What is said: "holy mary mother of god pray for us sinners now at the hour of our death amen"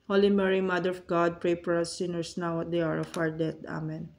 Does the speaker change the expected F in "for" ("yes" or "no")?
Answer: yes